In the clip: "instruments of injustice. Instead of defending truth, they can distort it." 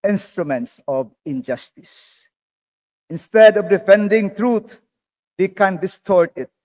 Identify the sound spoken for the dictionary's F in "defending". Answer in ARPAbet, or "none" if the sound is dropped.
F